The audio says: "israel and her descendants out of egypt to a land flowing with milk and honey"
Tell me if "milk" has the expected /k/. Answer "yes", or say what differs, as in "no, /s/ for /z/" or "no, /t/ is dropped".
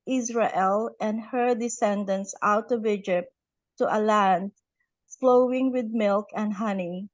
yes